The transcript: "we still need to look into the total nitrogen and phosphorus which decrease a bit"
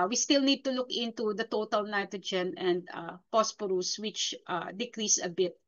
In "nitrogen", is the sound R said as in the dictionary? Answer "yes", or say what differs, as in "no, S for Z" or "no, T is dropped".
yes